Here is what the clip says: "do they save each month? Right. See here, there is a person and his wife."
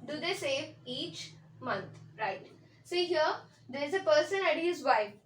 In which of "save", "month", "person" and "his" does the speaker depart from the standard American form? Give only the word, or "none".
month